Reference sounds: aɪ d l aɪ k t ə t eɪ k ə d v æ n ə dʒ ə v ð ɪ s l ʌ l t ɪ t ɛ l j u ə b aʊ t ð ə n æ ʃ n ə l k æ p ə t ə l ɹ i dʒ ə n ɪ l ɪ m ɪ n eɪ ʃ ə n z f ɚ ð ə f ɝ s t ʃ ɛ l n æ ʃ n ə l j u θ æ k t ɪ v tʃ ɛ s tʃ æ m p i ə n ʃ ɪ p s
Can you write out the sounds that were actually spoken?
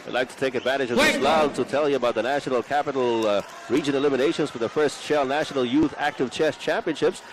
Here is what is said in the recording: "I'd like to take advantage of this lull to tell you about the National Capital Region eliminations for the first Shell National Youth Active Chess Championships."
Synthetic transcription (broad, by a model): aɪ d l aɪ k t ə t eɪ k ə d v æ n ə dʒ ə v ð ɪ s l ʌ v t ɪ t ɛ l j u ə b aʊ t ð ə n æ ʃ n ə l k æ p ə t l ɹ i dʒ ə n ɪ l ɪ m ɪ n eɪ ʃ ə n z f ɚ ð ə f ɝ s t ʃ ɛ l n æ ʃ n l j u θ æ k t ɪ v tʃ ɛ s tʃ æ m p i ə n ʃ ɪ p s